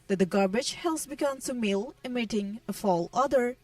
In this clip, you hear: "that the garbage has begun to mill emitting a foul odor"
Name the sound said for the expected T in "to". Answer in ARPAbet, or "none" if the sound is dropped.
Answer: S